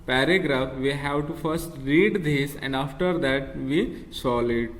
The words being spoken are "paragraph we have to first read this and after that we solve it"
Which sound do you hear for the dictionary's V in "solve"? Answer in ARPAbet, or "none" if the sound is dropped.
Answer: none